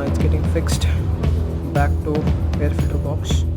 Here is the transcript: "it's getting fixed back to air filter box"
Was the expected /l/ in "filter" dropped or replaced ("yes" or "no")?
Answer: yes